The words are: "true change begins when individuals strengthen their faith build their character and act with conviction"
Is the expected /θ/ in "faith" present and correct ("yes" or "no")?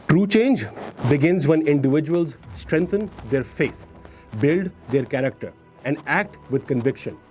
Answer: no